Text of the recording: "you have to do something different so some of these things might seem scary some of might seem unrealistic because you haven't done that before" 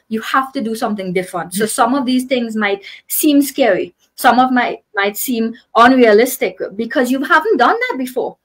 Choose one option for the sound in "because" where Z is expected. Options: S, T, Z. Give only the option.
Z